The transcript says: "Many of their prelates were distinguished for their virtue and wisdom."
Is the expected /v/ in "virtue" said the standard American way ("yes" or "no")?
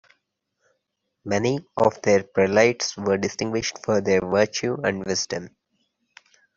yes